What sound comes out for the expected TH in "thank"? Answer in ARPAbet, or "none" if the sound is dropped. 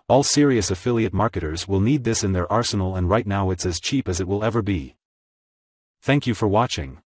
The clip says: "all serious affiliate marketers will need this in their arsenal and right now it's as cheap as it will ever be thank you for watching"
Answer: TH